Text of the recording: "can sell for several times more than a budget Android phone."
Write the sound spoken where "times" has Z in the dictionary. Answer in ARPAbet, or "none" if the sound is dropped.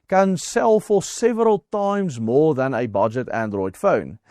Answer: Z